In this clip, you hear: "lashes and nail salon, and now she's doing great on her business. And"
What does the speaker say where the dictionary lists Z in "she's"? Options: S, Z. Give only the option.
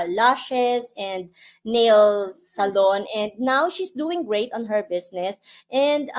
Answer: S